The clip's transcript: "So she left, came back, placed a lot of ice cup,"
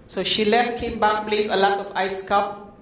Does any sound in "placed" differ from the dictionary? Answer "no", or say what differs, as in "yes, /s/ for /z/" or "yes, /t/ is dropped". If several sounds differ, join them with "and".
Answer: yes, /t/ is dropped